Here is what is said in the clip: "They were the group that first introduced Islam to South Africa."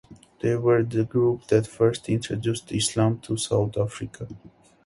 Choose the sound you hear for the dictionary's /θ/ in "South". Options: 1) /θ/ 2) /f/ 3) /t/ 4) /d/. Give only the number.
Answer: 3